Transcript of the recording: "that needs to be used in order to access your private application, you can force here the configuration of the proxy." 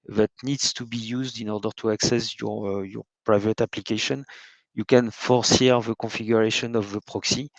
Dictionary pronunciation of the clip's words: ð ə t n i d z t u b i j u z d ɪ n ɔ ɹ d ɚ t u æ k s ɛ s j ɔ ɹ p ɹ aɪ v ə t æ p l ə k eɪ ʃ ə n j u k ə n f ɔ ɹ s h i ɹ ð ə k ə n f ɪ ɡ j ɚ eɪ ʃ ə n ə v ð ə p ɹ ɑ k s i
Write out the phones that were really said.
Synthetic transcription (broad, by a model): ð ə t n i d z t u b i j u z d ɪ n ɔ ɹ d ɚ t u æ k s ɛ s j ɔ ɹ p ɹ aɪ v ə t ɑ p l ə k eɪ ʃ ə n j u k ə n f ɔ ɹ s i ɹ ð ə k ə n f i ɡ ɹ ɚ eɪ ʃ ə n ə v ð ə p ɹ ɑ k s i